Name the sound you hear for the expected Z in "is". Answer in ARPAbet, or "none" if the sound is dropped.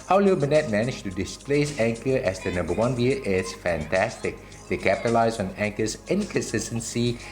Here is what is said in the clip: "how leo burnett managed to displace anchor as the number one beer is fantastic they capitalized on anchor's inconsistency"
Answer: S